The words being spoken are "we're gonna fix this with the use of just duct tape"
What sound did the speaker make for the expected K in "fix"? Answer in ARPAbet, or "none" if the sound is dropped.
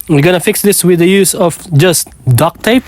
K